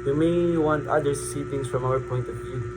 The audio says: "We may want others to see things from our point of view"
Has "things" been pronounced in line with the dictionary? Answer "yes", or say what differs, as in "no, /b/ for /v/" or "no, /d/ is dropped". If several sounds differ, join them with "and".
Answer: no, /t/ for /θ/ and /s/ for /z/